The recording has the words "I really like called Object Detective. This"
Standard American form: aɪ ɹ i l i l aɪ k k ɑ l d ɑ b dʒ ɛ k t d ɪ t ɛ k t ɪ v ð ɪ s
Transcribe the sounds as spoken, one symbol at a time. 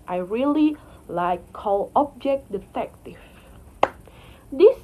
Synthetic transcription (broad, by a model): aɪ ɹ i l i l aɪ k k ɑ l ɑ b dʒ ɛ k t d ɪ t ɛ k t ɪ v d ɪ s